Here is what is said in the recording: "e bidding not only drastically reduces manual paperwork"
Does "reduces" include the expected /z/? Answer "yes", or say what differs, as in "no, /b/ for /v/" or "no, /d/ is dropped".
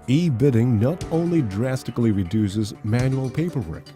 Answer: yes